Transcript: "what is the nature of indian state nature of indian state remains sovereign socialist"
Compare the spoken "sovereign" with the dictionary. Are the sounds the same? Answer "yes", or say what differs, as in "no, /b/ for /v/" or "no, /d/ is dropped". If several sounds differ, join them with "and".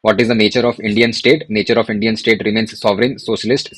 yes